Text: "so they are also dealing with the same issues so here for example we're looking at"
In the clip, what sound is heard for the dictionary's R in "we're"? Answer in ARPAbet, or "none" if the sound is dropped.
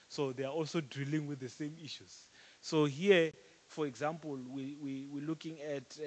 W